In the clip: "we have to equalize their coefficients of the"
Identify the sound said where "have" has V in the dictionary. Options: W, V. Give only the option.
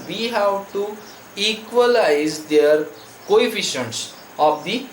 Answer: W